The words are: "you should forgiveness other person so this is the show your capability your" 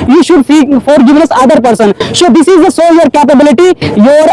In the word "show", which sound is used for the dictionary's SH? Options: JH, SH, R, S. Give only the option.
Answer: S